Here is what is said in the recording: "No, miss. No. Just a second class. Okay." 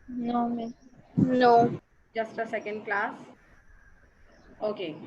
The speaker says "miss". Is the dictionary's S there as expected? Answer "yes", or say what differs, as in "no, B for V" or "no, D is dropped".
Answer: no, S is dropped